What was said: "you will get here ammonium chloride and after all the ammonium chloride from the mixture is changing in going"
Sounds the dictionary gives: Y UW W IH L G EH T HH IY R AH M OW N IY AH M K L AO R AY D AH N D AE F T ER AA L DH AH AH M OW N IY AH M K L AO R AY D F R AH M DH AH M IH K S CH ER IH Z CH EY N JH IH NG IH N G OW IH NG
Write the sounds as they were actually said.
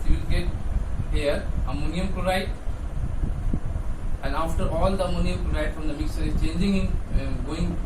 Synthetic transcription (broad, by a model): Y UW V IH L G EH T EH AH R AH M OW N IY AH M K AO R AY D AH N D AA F T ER AA L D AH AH M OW N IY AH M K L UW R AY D F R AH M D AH M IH K S ER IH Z CH EY N JH IH NG IH N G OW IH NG